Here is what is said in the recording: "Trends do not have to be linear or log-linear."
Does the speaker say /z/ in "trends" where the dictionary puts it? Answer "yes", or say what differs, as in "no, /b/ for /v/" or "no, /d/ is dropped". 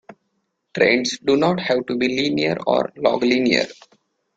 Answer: no, /s/ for /z/